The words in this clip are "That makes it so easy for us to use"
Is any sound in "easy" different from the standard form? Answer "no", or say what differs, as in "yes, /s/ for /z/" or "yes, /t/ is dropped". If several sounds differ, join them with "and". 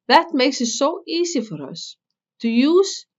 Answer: yes, /s/ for /z/